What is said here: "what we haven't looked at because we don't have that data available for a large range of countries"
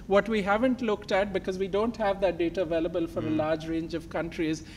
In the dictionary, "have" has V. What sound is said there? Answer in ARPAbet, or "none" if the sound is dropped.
V